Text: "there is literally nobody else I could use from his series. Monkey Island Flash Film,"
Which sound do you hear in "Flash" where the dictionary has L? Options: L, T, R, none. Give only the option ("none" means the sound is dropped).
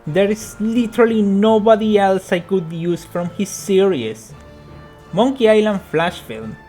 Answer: L